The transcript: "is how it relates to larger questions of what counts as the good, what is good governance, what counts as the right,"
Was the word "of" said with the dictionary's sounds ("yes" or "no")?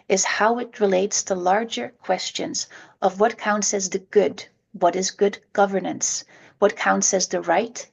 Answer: yes